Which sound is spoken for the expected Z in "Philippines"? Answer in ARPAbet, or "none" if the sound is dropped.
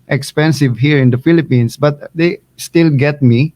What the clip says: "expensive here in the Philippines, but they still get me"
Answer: S